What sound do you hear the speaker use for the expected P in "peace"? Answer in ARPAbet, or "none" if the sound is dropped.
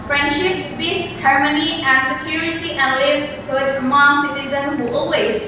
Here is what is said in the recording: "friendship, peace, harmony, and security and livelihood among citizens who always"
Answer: B